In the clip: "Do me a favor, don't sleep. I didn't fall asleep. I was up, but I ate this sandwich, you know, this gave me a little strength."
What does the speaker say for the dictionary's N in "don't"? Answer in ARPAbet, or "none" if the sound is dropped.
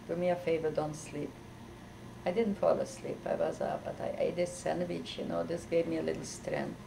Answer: N